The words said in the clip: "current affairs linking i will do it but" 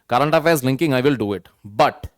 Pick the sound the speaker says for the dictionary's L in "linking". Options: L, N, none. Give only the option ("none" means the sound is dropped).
L